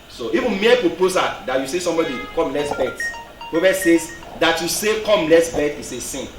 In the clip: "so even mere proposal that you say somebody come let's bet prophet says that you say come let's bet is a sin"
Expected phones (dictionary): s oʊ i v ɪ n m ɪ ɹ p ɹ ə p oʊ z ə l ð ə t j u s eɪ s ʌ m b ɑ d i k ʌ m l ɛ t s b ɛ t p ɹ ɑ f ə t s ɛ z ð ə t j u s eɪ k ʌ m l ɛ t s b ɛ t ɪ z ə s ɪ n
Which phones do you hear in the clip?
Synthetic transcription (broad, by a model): s oʊ i v ɪ n m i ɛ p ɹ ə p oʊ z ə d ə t j u s eɪ s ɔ m b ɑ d i k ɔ m l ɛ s b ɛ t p ɑ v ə s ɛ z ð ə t j u s eɪ k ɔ m l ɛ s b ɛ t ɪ s ə s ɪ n